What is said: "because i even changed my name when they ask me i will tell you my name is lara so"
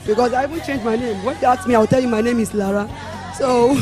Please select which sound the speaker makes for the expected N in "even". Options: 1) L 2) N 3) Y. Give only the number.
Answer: 2